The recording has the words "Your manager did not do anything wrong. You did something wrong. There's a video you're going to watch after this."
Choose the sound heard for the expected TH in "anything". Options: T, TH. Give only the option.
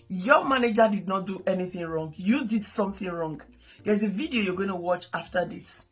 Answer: TH